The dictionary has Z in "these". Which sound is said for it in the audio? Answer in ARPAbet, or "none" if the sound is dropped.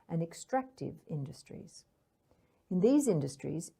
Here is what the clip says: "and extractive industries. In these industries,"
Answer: Z